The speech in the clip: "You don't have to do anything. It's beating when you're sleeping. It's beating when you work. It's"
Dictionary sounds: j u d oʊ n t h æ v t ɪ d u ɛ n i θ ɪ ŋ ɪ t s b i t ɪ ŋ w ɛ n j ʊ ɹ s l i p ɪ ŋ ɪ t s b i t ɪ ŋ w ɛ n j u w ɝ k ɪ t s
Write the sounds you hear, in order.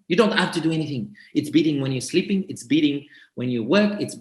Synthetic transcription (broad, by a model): j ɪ d oʊ n t h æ f t ɪ d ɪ ɛ n i θ ɪ ŋ ɪ t s b i t ɪ ŋ w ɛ n j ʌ ɹ s l i p ɪ ŋ ɪ t s b i t ɪ ŋ w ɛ n j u w ɝ k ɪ t s